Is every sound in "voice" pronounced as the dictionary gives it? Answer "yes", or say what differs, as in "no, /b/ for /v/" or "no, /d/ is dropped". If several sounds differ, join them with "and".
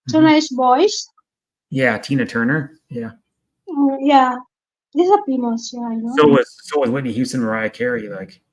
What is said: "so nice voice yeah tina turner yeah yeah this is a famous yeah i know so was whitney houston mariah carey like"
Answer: no, /b/ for /v/